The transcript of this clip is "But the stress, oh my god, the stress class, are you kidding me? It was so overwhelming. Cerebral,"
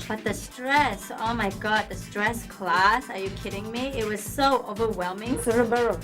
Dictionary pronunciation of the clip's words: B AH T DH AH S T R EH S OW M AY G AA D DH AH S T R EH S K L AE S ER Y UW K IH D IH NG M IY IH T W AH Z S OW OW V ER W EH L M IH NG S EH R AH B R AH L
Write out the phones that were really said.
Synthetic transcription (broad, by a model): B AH T DH AH S T R EH S OW M AY G AA D DH AH S T R EH S K L AE S ER Y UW K IH D IH NG M IY IH T W AH Z S OW OW V ER W EH L M IH NG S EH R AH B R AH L